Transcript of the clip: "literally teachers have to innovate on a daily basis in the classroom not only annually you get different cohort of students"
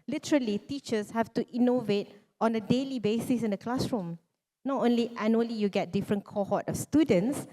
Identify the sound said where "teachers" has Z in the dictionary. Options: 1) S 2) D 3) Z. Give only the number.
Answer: 1